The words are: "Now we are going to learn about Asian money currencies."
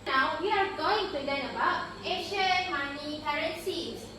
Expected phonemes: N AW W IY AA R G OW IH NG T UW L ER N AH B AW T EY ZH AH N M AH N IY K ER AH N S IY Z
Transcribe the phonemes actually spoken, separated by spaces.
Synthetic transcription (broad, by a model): N AW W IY AA R G OW IH NG T UW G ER AH B AW T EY SH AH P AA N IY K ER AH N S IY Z